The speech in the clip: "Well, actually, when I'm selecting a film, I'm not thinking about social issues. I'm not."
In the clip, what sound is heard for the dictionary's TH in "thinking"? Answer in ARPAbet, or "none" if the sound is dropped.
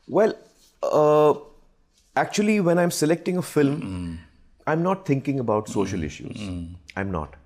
T